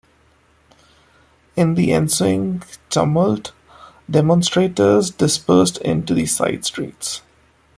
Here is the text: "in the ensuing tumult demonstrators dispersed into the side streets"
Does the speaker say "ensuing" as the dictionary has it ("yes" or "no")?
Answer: yes